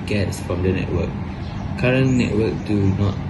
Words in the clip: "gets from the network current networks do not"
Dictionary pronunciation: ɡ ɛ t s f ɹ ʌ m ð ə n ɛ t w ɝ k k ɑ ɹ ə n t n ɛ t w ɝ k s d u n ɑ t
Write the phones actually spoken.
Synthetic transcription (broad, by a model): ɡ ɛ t s f ɹ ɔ m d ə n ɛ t w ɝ k k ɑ ɹ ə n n ɛ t w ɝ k d u n ɑ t